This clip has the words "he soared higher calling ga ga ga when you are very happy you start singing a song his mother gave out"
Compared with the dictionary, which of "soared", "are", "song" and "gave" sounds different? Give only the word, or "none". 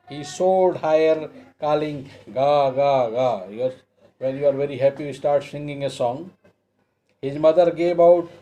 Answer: soared